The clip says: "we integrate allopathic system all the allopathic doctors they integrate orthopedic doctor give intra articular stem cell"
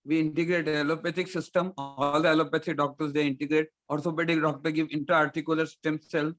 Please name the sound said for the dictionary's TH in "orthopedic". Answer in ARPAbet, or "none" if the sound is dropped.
S